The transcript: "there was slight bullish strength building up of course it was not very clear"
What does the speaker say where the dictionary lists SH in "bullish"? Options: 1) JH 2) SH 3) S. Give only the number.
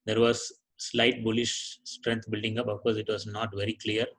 2